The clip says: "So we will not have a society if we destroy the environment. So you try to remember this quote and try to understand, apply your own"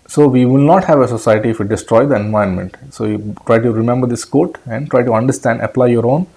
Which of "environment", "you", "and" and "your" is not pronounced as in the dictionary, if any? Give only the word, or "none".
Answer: environment